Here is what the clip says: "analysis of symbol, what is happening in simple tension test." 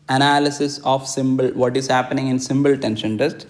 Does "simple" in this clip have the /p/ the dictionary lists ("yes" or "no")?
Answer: no